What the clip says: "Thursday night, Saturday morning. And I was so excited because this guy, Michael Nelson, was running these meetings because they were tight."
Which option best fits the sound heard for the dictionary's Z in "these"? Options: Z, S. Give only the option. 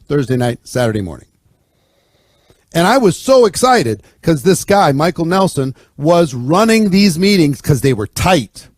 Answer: Z